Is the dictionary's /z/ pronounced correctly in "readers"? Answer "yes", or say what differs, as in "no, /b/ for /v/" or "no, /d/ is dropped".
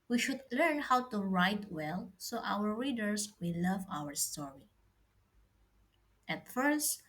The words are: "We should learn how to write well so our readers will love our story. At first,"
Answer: no, /s/ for /z/